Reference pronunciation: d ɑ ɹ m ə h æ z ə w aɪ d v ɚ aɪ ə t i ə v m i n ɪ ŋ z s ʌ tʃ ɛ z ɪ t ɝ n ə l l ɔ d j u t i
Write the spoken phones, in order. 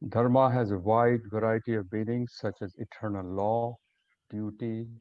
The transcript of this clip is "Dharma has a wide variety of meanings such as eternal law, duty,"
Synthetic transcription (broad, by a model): d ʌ ɹ m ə h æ z ə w aɪ d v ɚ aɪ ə t i ə v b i l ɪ ŋ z s ʌ tʃ ɛ z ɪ t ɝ n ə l l ɔ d j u t i